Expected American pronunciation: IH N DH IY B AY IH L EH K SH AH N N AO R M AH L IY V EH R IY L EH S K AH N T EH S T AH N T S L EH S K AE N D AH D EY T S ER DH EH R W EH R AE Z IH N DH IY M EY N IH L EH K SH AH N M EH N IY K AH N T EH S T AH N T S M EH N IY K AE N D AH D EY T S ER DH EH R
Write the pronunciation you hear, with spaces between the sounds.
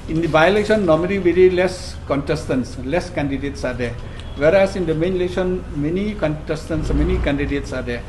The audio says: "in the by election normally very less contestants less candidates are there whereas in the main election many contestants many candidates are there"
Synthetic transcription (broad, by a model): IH N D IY B AY L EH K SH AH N N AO M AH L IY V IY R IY L EH S K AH N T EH S T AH N S L EH S K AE N D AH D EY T S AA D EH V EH R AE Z IH N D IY M EY N L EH K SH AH N M EH N IY K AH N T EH S T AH N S M EH N IY K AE N D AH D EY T S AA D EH